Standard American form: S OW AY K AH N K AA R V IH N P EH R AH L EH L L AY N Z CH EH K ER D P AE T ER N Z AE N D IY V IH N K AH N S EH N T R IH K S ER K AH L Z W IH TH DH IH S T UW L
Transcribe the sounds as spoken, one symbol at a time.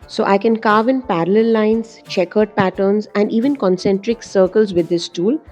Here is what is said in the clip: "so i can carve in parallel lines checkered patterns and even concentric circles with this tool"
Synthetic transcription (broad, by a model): S OW AY K AH N K AA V IH N P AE R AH L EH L L AY N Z CH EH K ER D P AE T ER N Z AE N D IY V IH N K AH N S EH N T R IH K S ER K AH L Z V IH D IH S T UW L